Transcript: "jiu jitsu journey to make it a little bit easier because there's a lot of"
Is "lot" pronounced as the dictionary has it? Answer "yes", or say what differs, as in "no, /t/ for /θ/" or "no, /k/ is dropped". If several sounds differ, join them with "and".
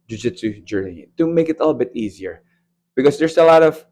yes